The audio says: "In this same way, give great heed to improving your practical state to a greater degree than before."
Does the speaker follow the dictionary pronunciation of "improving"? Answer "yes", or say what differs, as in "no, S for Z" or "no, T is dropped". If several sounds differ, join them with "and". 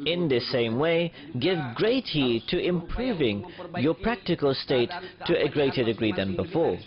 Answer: yes